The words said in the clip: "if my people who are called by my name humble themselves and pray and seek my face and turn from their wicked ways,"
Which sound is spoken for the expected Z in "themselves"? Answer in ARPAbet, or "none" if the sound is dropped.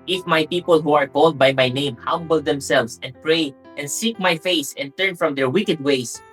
S